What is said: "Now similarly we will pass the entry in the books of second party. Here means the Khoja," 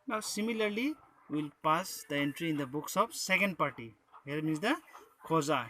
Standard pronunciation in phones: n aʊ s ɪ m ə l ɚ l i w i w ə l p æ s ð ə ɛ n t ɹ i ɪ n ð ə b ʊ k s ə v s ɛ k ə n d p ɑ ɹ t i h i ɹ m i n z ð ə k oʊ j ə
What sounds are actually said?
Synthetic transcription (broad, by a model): n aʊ s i m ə l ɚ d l i w ə l p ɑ s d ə ɛ n t ɹ i n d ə b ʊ k s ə p s ɛ k ə n d p ɑ ɹ t i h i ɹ m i n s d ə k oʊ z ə